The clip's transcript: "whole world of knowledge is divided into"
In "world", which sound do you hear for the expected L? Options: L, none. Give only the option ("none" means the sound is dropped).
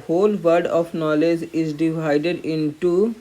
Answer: none